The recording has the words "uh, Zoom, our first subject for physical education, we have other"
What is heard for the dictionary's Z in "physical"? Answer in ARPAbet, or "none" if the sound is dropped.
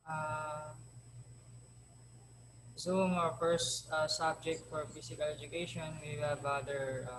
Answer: S